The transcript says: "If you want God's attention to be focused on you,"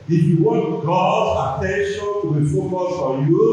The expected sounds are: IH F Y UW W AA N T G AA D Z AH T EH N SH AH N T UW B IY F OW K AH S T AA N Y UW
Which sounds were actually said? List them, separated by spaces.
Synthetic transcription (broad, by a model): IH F Y UW W AA N T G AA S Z AH T EH N SH AH N T UW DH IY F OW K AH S AA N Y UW